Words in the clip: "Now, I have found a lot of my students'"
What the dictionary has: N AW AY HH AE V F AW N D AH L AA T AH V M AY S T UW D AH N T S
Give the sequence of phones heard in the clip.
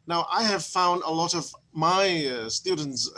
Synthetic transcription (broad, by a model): N AW AY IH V F AW N D AH L AA T AH V M AY S T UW D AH N T S